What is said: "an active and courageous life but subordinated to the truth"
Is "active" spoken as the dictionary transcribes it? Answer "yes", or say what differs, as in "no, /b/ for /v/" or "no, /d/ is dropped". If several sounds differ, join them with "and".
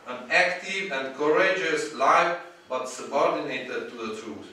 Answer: yes